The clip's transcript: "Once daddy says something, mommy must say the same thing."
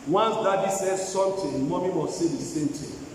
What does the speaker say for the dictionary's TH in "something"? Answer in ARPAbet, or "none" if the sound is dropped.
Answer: T